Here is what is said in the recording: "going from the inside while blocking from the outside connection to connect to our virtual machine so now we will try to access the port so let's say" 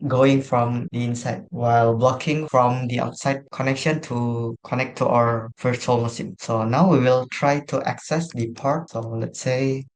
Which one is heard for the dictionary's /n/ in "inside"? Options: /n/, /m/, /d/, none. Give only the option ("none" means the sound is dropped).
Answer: /n/